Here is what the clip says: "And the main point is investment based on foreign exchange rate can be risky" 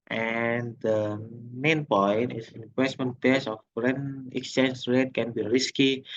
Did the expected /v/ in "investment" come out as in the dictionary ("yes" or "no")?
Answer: no